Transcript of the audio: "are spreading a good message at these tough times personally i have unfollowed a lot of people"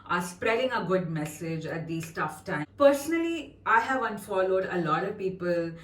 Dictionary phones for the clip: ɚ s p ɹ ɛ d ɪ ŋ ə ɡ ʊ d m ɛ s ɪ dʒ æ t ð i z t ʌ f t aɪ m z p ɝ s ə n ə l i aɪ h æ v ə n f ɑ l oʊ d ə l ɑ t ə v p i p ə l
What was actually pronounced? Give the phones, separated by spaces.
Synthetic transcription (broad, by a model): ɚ s p ɹ ɛ d ɪ ŋ ə ɡ ʊ d m ɛ s ɪ dʒ æ t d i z t ʌ f t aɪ p ɝ s ə n ə l i aɪ h æ v ə n f ɑ l oʊ d ə l ɑ t ə v p i p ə l